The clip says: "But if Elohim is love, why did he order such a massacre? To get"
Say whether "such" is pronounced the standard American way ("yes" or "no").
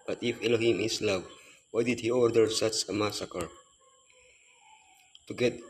no